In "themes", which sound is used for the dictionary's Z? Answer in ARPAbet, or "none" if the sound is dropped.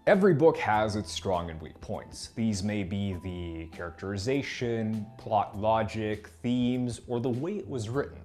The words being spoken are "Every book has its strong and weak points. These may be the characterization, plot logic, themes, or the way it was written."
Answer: Z